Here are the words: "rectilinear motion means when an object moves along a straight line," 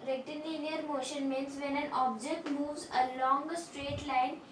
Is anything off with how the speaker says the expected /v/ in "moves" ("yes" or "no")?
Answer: no